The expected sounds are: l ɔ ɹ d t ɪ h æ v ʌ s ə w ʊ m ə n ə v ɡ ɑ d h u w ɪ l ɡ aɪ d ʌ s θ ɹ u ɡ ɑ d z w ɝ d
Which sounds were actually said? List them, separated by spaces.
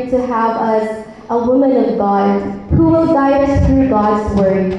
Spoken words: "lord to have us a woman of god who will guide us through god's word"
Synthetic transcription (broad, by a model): t ɪ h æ v ʌ s ə w ʊ m ə n ə v ɡ ɑ d h u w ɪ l ɡ aɪ d ʌ s θ ɹ u ɡ ɑ d z w ɝ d